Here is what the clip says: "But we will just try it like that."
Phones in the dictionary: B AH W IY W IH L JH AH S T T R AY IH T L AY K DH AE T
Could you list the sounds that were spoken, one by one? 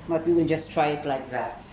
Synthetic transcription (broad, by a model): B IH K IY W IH N JH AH S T T R AY IH T L AY K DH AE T